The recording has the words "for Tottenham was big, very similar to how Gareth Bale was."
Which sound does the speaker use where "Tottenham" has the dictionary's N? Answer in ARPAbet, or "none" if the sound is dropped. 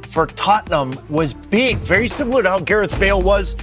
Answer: N